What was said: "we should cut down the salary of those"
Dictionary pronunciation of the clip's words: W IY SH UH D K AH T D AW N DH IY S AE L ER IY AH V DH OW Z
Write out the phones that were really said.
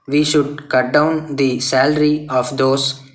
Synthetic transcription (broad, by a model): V IY SH UH D K AH T D AW N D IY S AE L ER IY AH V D OW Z